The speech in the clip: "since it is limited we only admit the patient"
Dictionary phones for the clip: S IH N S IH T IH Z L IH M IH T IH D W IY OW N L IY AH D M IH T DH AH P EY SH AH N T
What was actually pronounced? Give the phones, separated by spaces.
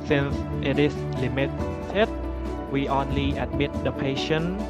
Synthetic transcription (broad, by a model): S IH N S IH T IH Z L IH M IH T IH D W IY OW N L IY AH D M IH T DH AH P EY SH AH N